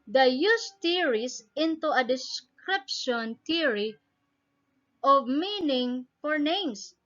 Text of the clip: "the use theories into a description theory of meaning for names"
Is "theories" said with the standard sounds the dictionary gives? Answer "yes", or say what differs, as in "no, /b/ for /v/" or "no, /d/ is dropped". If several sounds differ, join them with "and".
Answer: no, /t/ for /θ/ and /s/ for /z/